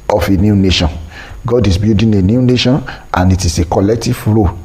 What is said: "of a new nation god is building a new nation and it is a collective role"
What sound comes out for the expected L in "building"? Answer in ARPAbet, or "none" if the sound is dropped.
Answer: none